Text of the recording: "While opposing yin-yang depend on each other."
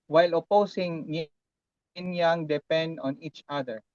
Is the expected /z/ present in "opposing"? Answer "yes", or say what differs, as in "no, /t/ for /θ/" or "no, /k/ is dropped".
no, /s/ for /z/